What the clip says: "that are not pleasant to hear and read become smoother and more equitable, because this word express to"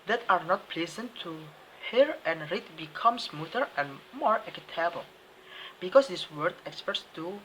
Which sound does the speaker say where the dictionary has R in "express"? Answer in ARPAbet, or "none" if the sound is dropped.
none